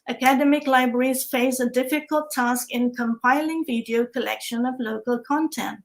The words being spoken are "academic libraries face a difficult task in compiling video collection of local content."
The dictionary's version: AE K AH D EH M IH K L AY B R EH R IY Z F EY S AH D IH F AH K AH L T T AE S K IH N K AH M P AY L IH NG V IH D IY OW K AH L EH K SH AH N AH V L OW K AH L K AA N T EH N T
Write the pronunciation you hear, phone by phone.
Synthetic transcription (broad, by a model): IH K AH D EH M IH K L AY B R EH R IY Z F EY S AH D IH F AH K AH L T T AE S K IH N K AH M P AY L IH NG V IH D IY OW K AH L EH K SH AH N AH V L OW K AH L K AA N T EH N T